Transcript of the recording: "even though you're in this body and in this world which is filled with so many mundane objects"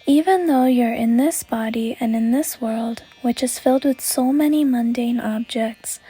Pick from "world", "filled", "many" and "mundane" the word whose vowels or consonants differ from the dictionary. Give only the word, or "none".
none